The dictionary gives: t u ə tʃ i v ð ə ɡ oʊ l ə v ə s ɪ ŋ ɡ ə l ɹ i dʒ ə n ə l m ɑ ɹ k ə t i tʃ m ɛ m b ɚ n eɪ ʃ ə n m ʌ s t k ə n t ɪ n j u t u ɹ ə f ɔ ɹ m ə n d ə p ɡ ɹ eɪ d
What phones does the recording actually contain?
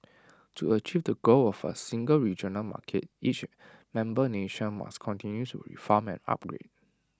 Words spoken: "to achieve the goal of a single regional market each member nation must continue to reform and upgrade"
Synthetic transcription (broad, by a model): t u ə tʃ i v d ə ɡ oʊ l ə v ə s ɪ ŋ ɡ ə l ɹ i dʒ ə n ə l m ɑ k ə t i tʃ m ɛ m b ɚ n eɪ ʃ ə n m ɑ s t k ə n t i n j u t u ɹ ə f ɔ m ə n ə p ɡ ɹ eɪ d